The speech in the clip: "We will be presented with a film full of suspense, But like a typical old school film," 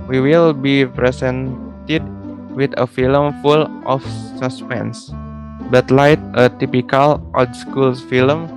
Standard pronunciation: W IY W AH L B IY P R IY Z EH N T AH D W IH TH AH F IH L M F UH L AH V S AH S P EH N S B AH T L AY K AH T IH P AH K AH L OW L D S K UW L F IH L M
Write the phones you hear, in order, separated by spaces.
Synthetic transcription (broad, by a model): W IY W AH L B IY P R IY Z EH N T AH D W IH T AH F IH L M F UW L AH F S AH S P EH N S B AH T L AY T AH T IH P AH K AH L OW D S K UW L F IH L M